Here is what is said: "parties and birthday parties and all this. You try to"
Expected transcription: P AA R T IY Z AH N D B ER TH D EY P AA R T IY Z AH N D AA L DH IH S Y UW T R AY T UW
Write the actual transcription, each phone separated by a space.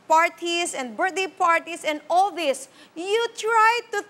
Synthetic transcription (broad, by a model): P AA R T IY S AH N D B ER T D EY P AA R T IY S AH N D AA L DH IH S Y UW T R AY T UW